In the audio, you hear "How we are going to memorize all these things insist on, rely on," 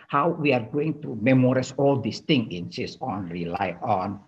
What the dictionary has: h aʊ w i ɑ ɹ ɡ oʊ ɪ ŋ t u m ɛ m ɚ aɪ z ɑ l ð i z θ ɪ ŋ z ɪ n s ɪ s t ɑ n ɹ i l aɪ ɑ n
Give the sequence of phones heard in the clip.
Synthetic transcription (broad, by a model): h aʊ w i ɑ ɹ ɡ oʊ ɪ ŋ t u m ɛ m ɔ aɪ s ɑ l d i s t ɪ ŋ ɪ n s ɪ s ɑ n ɹ i l aɪ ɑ n